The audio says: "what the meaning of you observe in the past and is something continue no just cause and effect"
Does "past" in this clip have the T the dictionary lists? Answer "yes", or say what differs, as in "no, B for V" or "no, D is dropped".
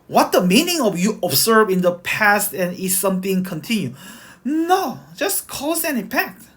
yes